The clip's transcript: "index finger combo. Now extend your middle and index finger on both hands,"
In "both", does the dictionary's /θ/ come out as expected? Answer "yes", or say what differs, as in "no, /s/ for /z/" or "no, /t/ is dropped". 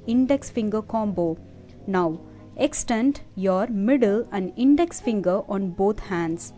no, /t/ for /θ/